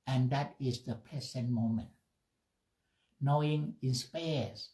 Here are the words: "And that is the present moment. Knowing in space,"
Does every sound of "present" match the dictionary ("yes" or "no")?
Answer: no